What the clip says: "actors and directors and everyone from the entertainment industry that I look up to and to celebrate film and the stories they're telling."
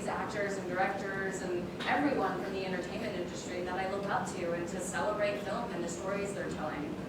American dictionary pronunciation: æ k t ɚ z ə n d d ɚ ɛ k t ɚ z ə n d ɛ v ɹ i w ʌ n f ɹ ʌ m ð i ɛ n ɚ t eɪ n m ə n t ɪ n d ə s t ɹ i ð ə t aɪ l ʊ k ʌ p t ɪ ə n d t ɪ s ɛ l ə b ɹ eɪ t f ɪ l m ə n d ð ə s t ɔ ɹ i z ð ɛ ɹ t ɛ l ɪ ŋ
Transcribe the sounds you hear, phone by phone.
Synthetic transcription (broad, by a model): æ k t ɚ z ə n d d ɚ ɛ k t ɚ z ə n ɛ v ɹ i w ʌ n f ɹ ʌ m ð i ɛ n ɚ t eɪ n m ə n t ɪ n d ə s t ɹ i ð ə t aɪ l ʊ k ʌ p t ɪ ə n t ɪ s ɛ l ə b ɹ eɪ t f ɪ l m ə n ð ə s t ɔ ɹ i z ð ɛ ɹ t ɛ l ɪ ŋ